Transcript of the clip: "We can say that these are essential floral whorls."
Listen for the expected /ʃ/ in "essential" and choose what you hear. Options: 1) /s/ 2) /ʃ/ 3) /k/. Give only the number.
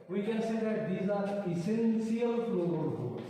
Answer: 1